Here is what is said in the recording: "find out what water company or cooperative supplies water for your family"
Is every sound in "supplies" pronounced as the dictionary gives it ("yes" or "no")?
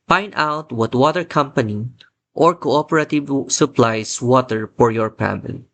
no